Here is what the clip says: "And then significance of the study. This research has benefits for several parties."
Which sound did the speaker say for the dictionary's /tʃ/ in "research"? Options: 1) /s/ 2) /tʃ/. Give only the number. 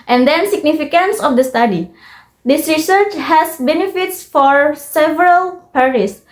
2